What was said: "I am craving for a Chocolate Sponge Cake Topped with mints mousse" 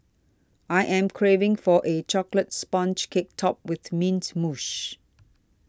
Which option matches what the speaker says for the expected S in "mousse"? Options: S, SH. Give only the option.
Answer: SH